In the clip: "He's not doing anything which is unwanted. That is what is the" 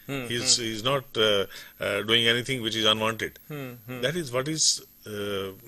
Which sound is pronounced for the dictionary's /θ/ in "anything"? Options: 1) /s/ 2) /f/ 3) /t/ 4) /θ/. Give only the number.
3